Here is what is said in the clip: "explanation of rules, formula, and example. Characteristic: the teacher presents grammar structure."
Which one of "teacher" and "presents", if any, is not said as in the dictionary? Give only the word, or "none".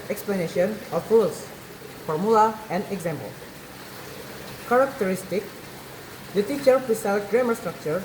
presents